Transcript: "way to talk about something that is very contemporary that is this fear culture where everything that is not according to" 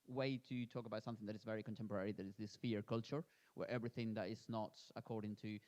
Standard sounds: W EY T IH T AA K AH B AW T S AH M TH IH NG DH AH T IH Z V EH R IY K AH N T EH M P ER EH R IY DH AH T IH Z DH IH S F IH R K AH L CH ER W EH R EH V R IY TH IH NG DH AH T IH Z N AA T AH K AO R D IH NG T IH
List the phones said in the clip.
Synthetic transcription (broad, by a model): W EY T IH T AA K AH B AW T S AH M TH IH NG DH AH T IH Z V EH R IY K AH N T EH M P ER EH R IY DH AH T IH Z DH IH S F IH R K AH L CH ER W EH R EH V R IY TH IH NG DH AH T IH Z N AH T AH K AO R D IH NG T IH